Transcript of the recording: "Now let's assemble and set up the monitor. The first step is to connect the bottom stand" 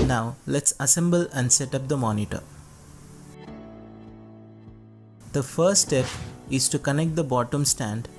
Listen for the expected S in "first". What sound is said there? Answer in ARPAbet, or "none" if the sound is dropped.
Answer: none